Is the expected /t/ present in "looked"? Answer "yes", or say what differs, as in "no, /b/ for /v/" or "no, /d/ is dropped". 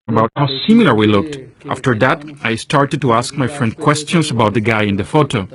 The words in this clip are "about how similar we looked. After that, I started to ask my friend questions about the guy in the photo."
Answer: yes